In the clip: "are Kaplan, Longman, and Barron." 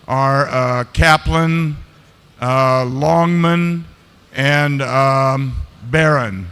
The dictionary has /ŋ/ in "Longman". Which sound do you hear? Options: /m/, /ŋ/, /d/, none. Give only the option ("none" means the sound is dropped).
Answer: /ŋ/